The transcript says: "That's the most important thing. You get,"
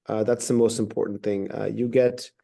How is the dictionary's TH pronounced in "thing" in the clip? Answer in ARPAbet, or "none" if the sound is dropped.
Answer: TH